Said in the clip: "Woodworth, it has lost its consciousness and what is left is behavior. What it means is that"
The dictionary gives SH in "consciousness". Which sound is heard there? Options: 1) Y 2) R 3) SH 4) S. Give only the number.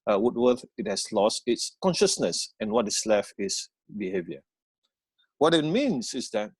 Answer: 3